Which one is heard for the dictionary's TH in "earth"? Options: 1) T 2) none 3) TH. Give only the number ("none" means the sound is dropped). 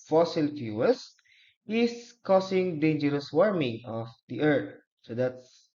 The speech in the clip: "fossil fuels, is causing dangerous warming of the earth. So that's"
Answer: 1